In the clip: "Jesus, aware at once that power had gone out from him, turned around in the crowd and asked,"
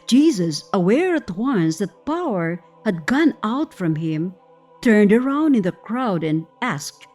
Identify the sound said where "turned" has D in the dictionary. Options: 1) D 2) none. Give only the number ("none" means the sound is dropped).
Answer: 1